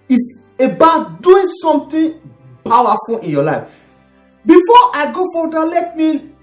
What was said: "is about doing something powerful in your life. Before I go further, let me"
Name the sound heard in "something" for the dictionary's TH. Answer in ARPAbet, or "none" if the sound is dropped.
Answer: T